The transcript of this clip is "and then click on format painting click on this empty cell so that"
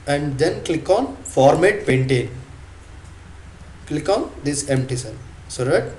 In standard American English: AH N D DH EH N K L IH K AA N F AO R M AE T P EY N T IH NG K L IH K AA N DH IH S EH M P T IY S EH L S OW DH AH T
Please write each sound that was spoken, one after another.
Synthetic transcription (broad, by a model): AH N D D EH N K L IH K AA N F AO R M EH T P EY N T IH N K L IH K AA N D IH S EH M P T IY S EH N S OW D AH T